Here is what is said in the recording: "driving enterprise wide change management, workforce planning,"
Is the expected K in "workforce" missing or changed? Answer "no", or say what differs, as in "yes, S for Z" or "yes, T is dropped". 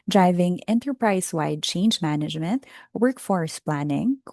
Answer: no